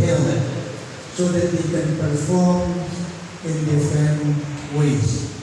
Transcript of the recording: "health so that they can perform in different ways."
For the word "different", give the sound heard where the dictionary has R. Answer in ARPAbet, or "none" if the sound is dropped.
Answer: none